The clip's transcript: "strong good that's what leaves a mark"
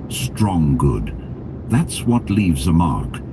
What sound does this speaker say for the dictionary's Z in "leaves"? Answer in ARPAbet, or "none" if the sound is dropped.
Z